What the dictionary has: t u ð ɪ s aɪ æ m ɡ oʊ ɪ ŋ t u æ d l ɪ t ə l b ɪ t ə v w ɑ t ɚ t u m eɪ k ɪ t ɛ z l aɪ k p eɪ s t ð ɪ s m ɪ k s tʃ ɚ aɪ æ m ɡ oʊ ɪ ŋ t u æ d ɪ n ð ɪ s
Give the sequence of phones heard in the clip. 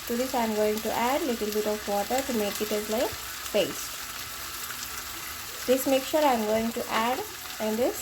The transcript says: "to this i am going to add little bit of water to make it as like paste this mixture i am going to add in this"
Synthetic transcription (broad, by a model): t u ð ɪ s aɪ m ɡ oʊ ɪ ŋ t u æ d l ɪ t ə l b ɪ t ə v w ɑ t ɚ t u m eɪ k ɪ t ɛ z l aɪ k b eɪ s t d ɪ s m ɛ k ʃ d aɪ m ɡ oʊ ɪ ŋ t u æ d ɪ n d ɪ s